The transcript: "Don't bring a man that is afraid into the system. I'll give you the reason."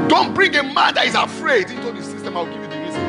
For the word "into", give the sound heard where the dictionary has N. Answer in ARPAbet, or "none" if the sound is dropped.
N